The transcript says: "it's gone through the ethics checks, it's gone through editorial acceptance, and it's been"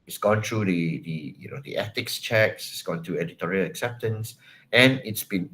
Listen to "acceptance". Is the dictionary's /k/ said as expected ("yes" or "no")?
yes